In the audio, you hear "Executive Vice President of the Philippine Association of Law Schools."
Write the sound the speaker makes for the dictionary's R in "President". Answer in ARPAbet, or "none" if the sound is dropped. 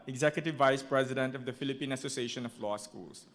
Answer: R